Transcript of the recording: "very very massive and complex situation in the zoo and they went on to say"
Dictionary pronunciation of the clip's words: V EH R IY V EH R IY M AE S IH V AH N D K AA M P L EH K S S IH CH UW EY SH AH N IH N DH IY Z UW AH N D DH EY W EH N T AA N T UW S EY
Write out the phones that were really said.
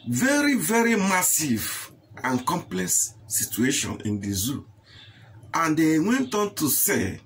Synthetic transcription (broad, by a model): V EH R IY V EH R IY M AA S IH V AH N K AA M P L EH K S S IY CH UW EY SH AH N IH N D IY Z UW AH N D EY W EH N T AA N T UW S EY